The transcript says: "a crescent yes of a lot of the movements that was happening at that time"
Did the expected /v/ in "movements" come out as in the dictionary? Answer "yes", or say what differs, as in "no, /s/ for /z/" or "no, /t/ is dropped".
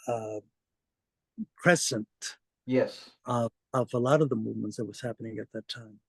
yes